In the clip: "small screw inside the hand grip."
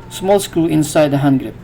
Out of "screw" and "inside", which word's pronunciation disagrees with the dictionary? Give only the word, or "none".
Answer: screw